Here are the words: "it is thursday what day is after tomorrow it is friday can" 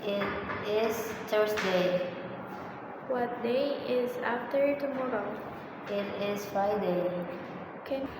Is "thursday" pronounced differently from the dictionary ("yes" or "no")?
yes